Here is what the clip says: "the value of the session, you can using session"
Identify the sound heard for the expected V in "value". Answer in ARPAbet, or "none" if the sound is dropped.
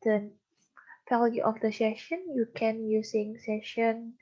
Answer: F